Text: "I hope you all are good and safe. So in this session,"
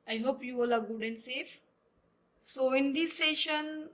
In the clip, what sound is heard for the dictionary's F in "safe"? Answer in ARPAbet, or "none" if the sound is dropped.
F